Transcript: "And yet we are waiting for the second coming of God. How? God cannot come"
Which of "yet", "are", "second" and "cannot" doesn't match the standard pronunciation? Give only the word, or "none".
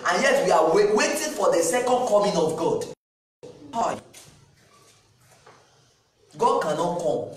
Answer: are